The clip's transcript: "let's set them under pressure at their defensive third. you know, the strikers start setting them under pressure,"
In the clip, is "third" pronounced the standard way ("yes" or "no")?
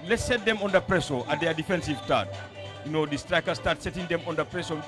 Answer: no